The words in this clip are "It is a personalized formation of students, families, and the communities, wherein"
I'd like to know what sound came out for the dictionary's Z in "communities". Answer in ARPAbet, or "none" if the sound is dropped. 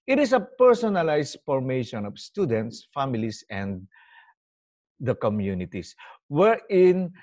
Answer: S